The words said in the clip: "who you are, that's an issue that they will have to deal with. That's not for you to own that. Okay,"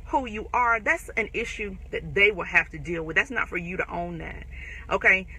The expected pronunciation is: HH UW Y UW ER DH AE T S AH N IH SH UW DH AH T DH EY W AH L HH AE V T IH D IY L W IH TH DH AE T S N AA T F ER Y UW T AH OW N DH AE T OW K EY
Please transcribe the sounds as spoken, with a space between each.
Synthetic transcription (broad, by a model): HH UW Y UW ER DH AE T S AH N IH SH UW DH AH T DH EY W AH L HH AE F T IH D IY L W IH DH AE T S N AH T F ER Y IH T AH OW N DH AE T OW K EY